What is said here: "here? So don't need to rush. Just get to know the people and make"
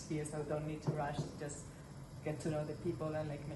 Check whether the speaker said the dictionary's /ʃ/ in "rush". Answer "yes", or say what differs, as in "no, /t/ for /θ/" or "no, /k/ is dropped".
yes